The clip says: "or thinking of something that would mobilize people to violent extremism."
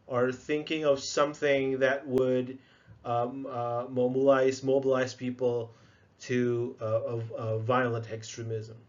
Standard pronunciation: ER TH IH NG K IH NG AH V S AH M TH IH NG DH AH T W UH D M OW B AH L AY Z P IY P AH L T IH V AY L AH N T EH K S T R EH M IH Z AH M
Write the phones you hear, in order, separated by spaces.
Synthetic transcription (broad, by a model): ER TH IH NG K IH NG AH V S AH M TH IH NG DH AH T W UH D M OW B AH L AY Z P IY P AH L T IH V AY L AH N T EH K S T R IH M IH Z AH M